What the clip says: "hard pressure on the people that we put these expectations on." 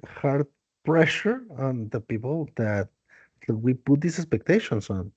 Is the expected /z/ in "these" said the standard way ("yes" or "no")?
no